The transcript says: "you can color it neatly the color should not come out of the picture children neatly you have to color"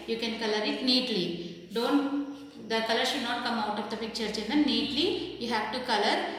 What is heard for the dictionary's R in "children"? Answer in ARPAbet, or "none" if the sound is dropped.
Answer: none